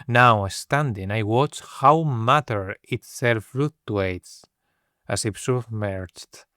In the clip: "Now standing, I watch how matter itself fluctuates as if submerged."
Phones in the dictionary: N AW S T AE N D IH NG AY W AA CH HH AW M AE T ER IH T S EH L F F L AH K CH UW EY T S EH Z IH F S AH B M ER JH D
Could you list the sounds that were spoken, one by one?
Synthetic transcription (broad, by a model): N AW S T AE N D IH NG AY W AA CH HH AW M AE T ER IH T S EH L F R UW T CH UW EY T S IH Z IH P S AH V M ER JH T